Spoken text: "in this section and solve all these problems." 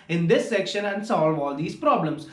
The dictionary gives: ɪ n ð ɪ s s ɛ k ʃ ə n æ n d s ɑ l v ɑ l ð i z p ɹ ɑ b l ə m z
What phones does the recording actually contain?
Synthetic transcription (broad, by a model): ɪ n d ɪ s s ɛ k ʃ ə n æ n d s ɑ l v ɑ l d i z p ɹ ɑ b l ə m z